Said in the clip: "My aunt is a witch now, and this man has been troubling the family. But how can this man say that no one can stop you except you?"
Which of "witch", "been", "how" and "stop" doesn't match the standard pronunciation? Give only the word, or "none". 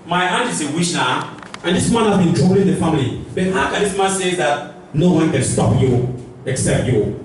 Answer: witch